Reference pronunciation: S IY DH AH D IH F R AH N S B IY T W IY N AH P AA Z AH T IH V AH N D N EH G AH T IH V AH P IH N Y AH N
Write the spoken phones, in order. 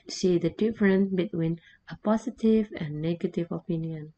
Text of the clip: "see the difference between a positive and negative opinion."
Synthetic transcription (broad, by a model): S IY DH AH D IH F R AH N B IY T W IY N AH P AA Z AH T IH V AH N N EH G AH T IH V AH P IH N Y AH N